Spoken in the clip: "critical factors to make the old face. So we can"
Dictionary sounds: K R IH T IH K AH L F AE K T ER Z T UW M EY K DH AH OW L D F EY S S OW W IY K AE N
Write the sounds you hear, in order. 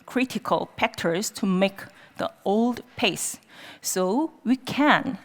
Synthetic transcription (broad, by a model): K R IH T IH K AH L P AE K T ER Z T UW M EY K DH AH OW L D P EY S S OW W IY K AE N